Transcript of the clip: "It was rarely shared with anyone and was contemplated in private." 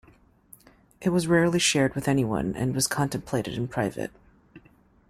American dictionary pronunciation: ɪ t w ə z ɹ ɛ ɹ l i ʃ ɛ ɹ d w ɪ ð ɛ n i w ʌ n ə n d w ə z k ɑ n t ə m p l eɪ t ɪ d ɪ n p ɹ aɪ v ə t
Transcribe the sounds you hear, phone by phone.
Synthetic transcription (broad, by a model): ɪ t w ə z ɹ ɛ ɹ l i ʃ ɛ ɹ d w ɪ ð ɛ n i w ʌ n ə n w ə z k ɑ n t ə m p l eɪ t ɪ d ɪ n p ɹ aɪ v ə t